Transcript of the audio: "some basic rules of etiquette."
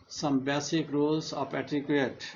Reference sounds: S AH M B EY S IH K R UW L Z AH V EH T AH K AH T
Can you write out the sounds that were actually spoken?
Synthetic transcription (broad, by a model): S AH M B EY S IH K R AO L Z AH P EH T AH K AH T